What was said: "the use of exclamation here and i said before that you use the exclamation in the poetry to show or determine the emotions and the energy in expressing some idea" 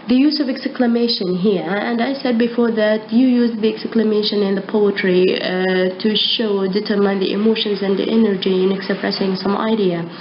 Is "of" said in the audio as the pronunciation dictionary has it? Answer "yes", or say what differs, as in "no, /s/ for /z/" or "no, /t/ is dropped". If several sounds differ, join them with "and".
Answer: yes